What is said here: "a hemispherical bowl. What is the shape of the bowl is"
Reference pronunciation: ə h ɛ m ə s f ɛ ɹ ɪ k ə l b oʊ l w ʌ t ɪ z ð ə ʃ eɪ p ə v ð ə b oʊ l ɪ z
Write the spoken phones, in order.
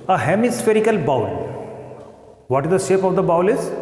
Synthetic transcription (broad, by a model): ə h ɛ m ə s f ɛ ɹ ɪ k ə l b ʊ l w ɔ t ɪ z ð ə ʃ eɪ p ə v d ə b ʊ l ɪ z